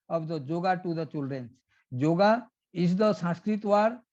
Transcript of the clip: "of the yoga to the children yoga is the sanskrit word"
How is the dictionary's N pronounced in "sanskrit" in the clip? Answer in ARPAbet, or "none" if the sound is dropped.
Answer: none